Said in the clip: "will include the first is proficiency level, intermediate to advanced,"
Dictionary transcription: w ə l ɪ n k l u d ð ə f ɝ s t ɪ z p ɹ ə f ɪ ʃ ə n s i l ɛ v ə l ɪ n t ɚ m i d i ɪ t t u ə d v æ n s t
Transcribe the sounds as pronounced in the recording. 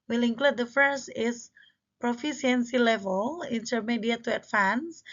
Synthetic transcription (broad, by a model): w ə l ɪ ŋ k l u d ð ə f ɝ s t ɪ s p ɹ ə f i s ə n s i l ɛ v ə l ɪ n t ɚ m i d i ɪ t t u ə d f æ n s